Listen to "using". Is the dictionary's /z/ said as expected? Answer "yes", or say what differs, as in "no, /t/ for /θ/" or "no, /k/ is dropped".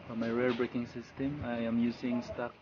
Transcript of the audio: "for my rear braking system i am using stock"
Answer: no, /s/ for /z/